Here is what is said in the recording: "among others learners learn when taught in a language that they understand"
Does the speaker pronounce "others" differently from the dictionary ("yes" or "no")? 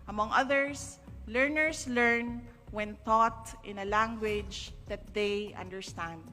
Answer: yes